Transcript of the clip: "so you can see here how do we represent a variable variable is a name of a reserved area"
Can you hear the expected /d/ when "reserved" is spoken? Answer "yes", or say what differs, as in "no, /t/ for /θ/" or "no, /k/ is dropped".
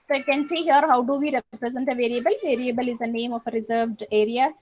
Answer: yes